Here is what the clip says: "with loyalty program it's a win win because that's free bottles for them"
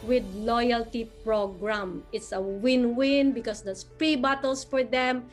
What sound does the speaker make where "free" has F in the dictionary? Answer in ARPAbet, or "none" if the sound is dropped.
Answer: P